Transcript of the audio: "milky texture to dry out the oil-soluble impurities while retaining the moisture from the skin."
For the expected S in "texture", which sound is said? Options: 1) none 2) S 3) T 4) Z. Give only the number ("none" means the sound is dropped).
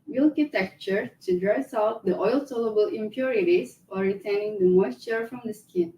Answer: 1